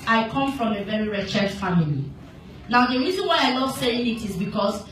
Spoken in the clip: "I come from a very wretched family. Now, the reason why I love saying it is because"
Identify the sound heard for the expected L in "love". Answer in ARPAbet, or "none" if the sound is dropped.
N